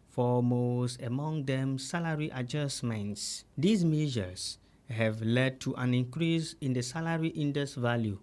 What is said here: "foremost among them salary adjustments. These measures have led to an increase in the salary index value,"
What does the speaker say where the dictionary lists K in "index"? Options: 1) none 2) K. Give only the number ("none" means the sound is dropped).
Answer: 1